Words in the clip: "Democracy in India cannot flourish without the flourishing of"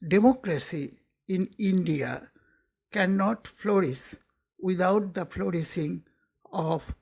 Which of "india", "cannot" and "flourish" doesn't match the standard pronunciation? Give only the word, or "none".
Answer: flourish